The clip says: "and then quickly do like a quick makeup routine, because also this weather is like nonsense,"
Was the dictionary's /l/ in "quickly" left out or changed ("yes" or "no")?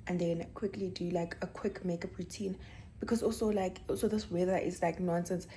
no